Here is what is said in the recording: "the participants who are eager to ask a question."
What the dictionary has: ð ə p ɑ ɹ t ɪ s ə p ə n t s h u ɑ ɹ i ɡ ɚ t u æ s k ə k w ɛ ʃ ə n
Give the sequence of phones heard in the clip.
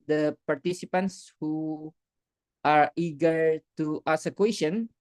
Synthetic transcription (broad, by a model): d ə p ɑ ɹ t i s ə p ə n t s h u ɑ ɹ i ɡ ɚ t u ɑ s ə k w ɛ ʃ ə n